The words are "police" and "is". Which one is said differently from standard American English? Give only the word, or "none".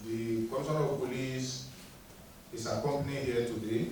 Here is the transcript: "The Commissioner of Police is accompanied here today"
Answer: is